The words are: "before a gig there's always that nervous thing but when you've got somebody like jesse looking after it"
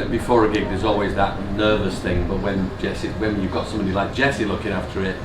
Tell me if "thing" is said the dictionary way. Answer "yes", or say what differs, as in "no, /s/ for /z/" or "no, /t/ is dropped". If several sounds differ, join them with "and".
yes